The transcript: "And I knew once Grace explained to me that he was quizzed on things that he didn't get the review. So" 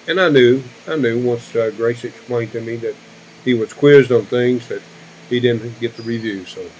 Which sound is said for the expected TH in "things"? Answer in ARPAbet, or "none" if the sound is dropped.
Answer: TH